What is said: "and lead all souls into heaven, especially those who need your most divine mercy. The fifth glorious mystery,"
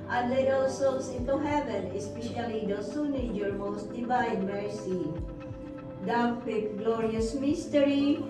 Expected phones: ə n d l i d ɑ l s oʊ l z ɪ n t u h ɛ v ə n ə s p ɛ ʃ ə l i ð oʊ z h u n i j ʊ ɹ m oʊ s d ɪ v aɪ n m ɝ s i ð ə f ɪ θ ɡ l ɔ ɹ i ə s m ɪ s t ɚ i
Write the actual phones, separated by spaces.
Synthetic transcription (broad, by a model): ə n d l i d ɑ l s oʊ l s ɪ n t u h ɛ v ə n ə s p ɛ ʃ ə l i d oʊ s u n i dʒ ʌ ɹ m oʊ s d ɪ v aɪ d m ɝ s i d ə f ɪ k ɡ l ɔ ɹ i ə s m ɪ s t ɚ i